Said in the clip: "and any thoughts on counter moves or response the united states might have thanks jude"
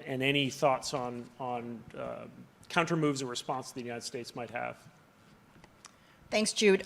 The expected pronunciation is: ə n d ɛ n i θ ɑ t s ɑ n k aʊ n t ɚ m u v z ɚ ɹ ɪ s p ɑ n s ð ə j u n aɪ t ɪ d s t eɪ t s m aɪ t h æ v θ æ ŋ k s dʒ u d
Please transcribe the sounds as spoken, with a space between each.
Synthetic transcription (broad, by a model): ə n ɛ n i θ ɑ t s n n k aʊ n t ɚ m u v z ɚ ɹ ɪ s p ɑ n s ð ə j u n aɪ t ɪ d s t eɪ t s m aɪ t h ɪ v θ æ ŋ k s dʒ u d